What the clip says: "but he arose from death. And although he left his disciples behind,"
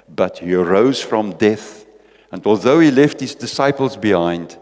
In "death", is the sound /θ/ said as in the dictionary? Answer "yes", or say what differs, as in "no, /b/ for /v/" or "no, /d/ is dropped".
yes